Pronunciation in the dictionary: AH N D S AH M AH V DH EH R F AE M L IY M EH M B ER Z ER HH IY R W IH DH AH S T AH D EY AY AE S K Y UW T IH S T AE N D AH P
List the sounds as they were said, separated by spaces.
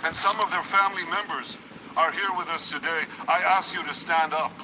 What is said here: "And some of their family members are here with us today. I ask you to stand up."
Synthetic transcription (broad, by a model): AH N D S AH M AH V DH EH R F AE M L IY M EH M B ER Z ER HH IY R W IH DH AH S T AH D EY AY AE S K Y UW T IH S T AE N D AH P